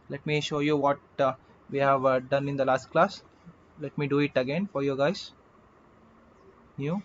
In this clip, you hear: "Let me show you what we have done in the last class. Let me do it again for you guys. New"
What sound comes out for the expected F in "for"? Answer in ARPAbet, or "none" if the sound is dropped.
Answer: F